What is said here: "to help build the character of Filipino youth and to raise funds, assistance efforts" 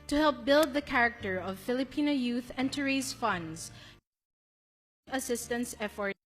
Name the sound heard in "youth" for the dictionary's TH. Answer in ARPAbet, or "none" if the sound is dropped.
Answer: TH